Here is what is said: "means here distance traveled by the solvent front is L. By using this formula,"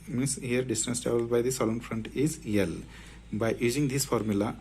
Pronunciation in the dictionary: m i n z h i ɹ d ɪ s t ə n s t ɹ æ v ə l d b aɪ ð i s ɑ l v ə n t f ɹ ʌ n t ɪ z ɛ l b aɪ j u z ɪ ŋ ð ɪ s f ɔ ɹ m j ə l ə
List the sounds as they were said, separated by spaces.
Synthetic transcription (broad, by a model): m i n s h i ɹ d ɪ s t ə n s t ɑ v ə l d b aɪ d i s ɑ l ə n f ɹ ʌ n t ɪ z ɛ l b aɪ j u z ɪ ŋ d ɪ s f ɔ ɹ m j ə l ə